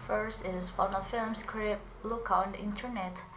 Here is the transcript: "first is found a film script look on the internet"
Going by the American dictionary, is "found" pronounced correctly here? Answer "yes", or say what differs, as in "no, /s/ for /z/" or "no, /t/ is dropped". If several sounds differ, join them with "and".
no, /d/ is dropped